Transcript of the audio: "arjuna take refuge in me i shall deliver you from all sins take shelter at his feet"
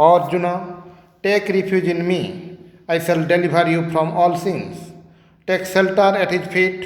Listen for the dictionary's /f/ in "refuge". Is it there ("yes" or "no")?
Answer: no